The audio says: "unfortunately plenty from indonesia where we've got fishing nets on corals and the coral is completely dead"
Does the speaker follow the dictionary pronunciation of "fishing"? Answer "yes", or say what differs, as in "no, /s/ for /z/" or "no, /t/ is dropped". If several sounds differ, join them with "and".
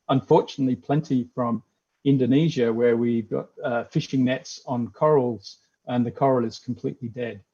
yes